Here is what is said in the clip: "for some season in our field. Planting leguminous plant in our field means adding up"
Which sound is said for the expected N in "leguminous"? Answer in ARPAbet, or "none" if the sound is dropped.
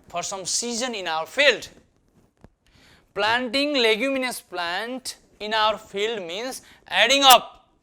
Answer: N